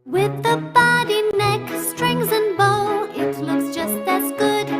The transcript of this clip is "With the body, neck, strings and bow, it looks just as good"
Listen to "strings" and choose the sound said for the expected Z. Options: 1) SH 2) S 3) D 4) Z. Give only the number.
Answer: 4